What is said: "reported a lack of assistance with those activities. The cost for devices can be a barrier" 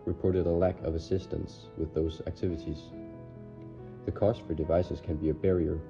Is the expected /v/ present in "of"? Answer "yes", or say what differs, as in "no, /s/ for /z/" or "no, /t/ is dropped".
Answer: yes